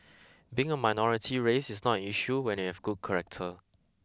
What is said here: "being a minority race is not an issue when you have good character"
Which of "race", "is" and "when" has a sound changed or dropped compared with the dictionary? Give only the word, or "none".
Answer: is